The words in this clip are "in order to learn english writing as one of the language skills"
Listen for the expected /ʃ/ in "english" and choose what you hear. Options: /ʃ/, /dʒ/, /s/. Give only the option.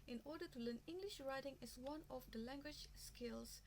/ʃ/